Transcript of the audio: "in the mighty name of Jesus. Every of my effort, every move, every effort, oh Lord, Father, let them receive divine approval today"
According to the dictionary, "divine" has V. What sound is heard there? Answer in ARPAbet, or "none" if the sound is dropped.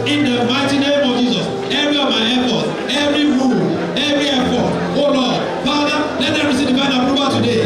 B